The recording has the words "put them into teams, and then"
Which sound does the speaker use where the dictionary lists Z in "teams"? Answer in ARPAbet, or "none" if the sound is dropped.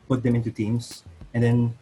S